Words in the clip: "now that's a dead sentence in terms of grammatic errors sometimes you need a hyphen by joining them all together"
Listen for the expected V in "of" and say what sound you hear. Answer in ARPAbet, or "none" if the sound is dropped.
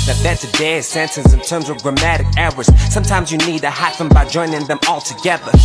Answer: V